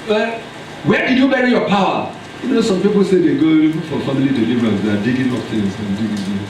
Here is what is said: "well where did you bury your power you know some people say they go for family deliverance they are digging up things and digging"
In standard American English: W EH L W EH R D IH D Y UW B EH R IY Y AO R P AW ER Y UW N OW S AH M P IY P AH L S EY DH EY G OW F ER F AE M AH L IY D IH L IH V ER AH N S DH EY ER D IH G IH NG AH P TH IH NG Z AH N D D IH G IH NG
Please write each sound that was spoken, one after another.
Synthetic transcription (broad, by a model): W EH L W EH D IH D Y UW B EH R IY Y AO P AW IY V N OW S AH M P IY P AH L S EY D EY G OW F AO F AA M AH L IY D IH L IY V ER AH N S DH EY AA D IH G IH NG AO F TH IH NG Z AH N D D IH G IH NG